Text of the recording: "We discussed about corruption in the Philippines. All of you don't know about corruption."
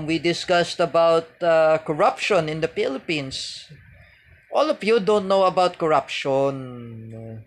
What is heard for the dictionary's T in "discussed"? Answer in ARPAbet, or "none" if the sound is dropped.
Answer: T